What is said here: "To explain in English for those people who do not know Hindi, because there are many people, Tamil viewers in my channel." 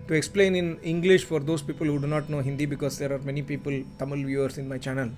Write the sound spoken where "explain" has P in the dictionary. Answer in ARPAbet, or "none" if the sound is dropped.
P